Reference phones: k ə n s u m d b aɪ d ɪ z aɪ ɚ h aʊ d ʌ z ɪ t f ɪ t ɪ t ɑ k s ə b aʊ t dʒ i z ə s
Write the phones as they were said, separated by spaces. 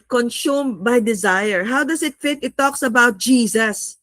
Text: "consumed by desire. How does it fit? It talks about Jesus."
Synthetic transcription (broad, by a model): k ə n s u m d b aɪ d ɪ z aɪ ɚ h aʊ d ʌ s ɪ t f ɪ t ɪ t ɑ k s ə b aʊ t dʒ i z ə s